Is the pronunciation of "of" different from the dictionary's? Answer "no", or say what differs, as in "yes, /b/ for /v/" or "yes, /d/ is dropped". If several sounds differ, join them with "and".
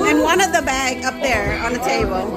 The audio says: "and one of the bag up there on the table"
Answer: no